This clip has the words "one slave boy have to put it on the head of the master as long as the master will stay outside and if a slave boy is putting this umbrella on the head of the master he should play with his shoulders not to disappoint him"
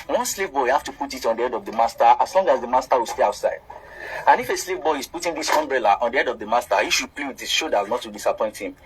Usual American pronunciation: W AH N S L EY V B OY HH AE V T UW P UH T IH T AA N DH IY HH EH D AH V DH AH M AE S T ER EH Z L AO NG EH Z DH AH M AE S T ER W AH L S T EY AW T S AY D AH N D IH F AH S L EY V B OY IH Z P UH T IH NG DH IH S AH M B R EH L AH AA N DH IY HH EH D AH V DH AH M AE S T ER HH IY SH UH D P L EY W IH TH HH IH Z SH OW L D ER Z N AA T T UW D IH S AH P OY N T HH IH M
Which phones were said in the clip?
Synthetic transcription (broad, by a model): W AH N S L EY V B OY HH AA F T UW P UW T IH T AA N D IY EH D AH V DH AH M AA S T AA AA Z L AO NG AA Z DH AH M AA S T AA W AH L S T EY AW T S AY D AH N IH F AH S L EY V B OY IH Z P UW T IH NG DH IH S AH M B R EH L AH AA N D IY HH EH D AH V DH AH M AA S T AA HH IY SH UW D P L EY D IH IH SH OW D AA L N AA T T UW D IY S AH P OY N T HH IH M